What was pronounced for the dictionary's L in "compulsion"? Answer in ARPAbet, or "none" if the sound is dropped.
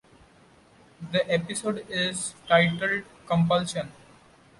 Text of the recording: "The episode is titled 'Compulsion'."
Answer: L